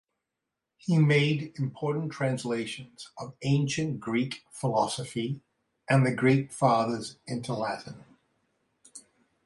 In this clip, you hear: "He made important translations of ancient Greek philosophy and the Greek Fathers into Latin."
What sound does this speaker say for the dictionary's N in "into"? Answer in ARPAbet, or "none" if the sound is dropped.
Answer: N